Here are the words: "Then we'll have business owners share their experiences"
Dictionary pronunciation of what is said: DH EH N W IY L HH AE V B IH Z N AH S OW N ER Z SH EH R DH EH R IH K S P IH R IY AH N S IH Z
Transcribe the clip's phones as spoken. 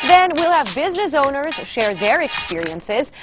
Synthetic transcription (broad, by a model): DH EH N W IY L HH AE V B IH Z N AH S OW N ER Z SH EH R DH EH R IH K S P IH R IY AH N S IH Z